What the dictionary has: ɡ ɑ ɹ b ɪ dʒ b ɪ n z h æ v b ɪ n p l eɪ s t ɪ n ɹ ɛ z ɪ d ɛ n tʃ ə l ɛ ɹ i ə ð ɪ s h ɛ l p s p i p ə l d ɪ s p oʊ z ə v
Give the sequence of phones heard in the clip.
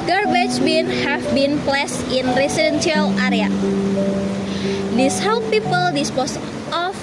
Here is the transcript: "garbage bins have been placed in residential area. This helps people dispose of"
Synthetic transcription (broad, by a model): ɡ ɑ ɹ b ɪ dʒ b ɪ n h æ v b ɪ n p l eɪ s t ɪ n ɹ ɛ s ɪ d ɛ n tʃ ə l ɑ ɹ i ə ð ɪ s h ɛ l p p i p ə l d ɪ s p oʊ s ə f